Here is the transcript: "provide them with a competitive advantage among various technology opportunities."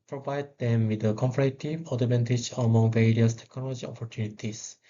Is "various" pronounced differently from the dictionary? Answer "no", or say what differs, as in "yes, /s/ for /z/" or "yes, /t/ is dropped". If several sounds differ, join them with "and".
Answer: no